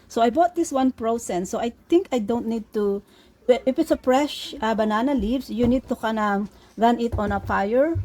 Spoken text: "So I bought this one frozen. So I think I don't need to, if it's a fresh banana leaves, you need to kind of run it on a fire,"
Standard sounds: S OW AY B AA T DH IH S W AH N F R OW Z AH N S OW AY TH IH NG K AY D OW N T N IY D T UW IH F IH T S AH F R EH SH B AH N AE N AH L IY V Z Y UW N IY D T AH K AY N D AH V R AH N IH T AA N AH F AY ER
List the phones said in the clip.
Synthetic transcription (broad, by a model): S OW AY B AA T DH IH S W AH N P R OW S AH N S OW AY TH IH NG K AY D OW N T N IY D T UW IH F IH T S AH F R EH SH B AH N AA N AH L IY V S Y UW N IY D T AH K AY N AH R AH N IH T AA N AH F AY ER